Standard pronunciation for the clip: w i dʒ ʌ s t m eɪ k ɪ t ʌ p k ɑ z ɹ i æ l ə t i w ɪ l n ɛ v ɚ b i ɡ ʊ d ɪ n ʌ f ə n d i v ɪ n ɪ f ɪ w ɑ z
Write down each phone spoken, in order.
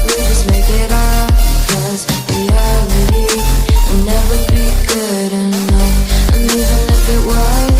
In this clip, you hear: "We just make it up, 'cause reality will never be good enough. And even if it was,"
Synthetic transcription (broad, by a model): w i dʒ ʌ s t m eɪ k ɪ t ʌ b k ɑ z w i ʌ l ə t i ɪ n ɛ v ɚ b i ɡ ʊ d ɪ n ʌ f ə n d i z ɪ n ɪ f ɪ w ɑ